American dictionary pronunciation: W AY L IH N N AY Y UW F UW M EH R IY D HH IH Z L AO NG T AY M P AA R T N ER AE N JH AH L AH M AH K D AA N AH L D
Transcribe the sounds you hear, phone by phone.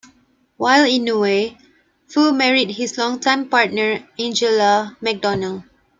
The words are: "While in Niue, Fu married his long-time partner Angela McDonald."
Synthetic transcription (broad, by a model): W AY L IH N N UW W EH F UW M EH R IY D HH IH S L AO NG T AY M P AA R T N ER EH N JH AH L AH M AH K D AA N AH L